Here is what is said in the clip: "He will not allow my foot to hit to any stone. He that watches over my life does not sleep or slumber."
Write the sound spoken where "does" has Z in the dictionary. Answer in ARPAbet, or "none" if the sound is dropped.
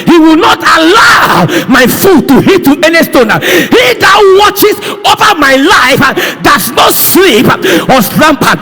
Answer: S